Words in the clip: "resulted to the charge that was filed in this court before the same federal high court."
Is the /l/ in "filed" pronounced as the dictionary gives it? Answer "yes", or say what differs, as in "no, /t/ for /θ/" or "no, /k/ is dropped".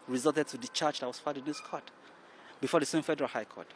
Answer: no, /l/ is dropped